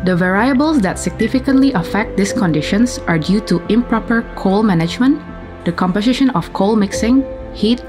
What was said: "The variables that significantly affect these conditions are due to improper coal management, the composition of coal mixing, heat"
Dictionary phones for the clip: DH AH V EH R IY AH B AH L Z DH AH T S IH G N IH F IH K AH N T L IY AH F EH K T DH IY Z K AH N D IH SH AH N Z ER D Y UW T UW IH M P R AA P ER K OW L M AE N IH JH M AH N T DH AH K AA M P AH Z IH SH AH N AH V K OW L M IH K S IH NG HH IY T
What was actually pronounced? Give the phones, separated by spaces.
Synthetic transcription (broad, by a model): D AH V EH R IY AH B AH L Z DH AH T S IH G N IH F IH K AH N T L IY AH F EH K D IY S K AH N D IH SH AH N S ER D Y UW T UW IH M P R AA P ER K OW L M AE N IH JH M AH N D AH K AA M P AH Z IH SH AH N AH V K OW L M IH K S IH NG HH IY T